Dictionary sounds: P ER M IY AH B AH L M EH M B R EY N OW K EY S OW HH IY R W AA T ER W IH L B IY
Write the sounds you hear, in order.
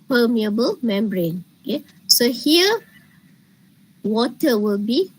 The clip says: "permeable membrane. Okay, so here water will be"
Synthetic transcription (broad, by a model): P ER M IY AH B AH L M EH M B R EY N OW K EY S OW HH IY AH W AA T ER W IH L B IY